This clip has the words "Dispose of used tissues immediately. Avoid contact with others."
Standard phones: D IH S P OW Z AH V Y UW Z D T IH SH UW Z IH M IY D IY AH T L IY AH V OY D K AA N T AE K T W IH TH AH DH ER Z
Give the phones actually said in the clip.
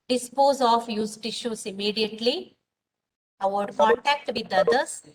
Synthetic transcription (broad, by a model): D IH S P OW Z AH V Y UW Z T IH SH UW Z IH M IY D IY AH T L IY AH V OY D K AA N T AE K T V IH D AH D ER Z